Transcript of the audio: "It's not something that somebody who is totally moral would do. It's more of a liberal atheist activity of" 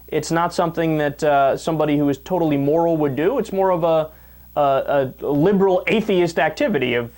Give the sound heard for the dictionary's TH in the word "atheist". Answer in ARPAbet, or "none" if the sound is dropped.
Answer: TH